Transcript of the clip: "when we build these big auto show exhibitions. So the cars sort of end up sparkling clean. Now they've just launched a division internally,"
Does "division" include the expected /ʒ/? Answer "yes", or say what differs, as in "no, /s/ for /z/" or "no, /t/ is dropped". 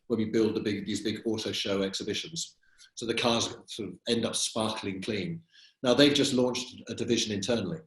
yes